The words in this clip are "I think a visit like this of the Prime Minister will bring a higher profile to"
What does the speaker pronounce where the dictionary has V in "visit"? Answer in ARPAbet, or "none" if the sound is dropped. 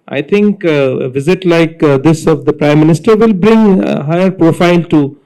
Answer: V